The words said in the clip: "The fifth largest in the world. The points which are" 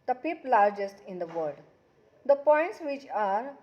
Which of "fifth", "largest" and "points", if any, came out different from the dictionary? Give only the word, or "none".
fifth